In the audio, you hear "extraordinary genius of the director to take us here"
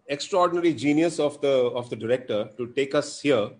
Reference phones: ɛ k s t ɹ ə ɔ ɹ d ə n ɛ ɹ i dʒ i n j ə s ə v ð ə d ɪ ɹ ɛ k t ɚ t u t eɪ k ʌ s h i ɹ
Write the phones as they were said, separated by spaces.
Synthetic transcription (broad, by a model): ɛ k s t ɹ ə ɔ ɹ d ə n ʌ ɹ i dʒ i n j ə s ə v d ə d ɪ ɹ ɛ k t ɚ t u t eɪ k ʌ s h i ɹ